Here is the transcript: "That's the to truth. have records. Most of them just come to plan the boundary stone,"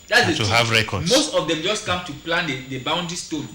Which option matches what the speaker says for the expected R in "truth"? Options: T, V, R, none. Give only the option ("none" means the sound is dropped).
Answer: none